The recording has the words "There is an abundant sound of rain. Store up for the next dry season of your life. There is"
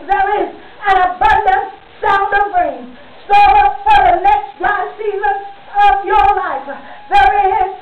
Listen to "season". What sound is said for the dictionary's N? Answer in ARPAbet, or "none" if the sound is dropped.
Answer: none